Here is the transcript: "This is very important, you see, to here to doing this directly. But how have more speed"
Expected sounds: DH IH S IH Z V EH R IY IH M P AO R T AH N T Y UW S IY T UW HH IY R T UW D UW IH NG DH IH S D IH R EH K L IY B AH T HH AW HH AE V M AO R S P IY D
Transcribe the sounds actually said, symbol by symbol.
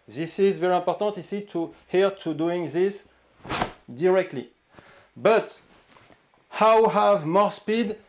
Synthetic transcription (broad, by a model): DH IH S IH Z V EH R IY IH P AO R T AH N T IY S IY T UW HH IY R T UW D UW IH NG DH IH S D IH R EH K L IY B AH T HH AW HH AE V M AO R S P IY D